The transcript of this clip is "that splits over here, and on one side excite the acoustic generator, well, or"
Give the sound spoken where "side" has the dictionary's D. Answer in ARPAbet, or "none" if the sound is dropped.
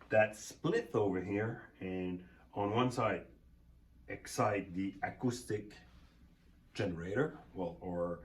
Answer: D